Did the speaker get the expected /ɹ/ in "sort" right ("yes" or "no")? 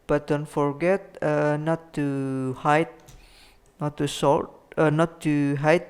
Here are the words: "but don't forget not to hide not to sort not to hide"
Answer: no